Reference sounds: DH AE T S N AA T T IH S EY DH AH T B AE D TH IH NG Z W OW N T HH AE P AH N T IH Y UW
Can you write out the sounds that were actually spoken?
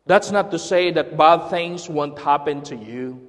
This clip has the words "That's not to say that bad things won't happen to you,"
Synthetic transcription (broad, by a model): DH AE T S N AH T T IH S EY DH AH T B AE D TH IH NG Z W OW N T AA P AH N T IH Y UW